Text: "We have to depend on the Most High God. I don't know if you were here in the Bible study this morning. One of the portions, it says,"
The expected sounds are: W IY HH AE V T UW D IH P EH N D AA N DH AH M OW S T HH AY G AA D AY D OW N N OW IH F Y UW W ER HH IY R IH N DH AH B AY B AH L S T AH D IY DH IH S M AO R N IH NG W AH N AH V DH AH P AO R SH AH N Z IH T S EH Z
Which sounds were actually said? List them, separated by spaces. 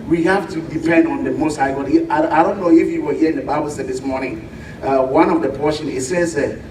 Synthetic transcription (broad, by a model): W IY HH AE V T UW D IH P EH N D AA N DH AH M OW S T HH AY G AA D AY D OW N N OW IH F Y UW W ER HH IY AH IH N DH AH B AY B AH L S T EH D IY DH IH S M AO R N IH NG W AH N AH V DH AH P AO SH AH N IH T S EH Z